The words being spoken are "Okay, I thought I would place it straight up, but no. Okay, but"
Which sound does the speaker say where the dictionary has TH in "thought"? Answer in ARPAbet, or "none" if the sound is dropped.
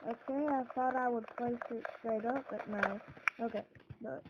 TH